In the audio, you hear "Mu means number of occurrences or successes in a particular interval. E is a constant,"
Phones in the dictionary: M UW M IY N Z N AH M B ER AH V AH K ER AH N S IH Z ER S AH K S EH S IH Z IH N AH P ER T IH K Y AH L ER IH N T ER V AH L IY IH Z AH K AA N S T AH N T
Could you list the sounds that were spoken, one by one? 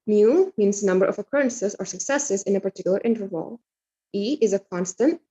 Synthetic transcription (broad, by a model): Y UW M IY N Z N AH M B ER AH V AH K ER AH N S IH Z ER S AH K S EH S IH Z IH N AH P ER T IH K Y L ER IH N T ER V AH L IY IH Z AH K AA N S T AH N T